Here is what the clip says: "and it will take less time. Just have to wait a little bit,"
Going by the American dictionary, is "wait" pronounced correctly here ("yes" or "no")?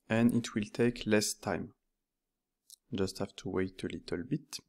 yes